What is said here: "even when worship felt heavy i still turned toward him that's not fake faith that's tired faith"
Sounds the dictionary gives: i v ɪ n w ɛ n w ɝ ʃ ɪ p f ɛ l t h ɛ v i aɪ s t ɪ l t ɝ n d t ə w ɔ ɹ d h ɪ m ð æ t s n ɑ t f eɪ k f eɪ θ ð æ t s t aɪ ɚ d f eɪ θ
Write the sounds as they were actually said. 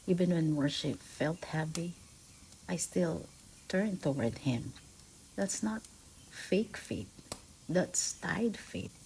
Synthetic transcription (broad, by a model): i v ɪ n w ɛ n w ɝ ʃ ɪ p f ɛ l t h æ p i aɪ s t ɪ l t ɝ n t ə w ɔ ɹ d h ɪ m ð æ t s n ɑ t f eɪ k f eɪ t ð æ t s t aɪ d f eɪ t